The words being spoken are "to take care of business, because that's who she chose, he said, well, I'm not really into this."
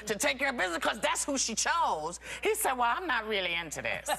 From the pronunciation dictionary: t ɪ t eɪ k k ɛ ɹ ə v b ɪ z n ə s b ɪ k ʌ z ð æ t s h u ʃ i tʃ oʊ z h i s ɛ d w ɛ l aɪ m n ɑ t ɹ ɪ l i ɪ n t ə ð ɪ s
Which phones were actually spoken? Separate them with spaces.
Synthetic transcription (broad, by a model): t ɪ t eɪ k k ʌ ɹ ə b ɪ z n ə s k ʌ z ð æ t s h u ʃ i tʃ oʊ z h i s ɛ d w ɛ l aɪ m n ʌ t ɹ ɪ l i ɪ n t ə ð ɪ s